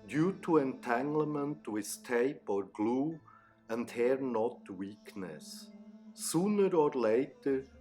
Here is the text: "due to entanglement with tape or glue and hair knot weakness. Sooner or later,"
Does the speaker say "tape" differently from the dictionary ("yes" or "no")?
no